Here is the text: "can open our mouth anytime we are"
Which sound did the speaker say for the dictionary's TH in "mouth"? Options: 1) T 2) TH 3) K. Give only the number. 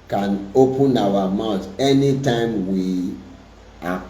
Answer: 1